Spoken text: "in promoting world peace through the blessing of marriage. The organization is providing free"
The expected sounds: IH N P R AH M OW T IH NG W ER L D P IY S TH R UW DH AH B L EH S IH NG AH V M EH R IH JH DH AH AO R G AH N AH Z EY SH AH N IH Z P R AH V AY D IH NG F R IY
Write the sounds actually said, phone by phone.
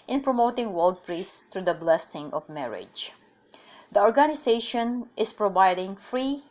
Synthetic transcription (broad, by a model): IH N P R AH M OW T IH NG W ER L D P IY S T R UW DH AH B L EH S IH NG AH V M EH R IH JH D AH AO R G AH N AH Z EY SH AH N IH S P R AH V AY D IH NG F R IY